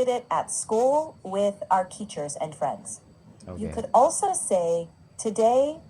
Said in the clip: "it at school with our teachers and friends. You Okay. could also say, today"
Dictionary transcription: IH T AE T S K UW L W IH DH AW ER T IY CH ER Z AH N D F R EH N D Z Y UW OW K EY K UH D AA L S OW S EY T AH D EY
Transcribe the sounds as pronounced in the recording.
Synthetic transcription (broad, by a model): IH T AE T S K UW L W IH DH AW ER T IY CH ER Z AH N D F R EH N D Z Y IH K K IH D AA L S OW S EY T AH D EY